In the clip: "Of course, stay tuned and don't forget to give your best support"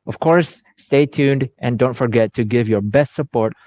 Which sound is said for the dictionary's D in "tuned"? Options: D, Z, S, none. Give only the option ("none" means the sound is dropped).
D